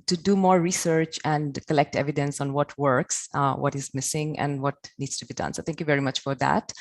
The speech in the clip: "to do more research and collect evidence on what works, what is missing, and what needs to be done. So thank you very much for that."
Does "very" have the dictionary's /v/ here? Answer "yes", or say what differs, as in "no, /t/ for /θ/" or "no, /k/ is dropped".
yes